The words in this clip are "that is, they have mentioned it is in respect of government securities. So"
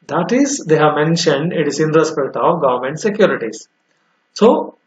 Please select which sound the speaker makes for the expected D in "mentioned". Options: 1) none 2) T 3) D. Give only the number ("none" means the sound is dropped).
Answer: 3